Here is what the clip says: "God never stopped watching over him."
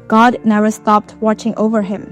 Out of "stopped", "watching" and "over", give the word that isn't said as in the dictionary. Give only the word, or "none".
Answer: none